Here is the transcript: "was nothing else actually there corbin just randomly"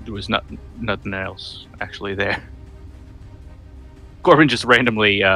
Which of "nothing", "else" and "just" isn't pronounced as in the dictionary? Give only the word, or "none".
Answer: none